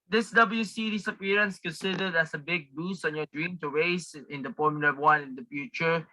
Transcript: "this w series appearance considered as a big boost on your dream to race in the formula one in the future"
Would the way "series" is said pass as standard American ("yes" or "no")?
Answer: no